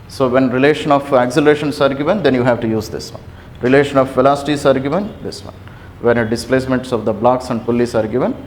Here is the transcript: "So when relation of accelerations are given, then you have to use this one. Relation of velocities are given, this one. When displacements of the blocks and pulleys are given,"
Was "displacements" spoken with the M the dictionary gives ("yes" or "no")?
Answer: yes